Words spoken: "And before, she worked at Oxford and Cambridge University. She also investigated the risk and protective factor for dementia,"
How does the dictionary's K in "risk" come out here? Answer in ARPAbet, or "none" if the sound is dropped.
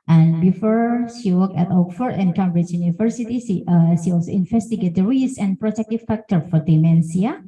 none